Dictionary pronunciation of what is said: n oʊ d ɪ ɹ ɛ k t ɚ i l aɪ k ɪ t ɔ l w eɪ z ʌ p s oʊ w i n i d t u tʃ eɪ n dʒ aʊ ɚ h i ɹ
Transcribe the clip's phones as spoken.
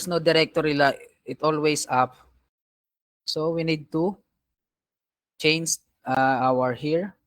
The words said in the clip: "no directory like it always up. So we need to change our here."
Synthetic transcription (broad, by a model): n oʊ d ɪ ɹ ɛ k t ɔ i l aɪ ɪ t ɔ l w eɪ s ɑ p s oʊ w i n i d t u tʃ eɪ n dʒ aʊ ɚ h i ɹ